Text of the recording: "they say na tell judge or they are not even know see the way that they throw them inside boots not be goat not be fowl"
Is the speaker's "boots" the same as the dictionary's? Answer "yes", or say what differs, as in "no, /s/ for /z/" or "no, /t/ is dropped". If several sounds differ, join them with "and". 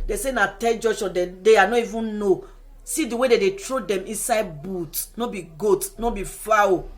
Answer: no, /s/ is dropped